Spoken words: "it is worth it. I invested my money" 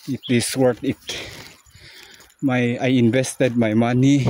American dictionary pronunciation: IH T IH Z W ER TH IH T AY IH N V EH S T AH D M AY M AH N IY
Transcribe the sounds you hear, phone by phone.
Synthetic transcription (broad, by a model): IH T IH S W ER T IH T AY IH N V EH S T AH D M AY M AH N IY